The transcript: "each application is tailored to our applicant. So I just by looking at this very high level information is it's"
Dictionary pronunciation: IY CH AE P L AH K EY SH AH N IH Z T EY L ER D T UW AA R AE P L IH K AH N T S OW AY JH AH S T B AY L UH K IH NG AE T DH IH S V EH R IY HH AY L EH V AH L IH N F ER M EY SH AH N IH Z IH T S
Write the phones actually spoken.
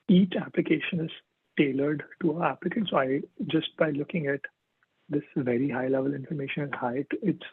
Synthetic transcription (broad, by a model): IY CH AE P L AH K EY SH AH N IH Z T EY L ER D T UW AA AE P L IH K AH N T S OW AY JH AH S T B AY L UH K IH NG AE T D IH S V EH R IY HH AY L EH V AH L IH N F ER M EY SH AH N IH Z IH T S